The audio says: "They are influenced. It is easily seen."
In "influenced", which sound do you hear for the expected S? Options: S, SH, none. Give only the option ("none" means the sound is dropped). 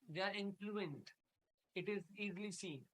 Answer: none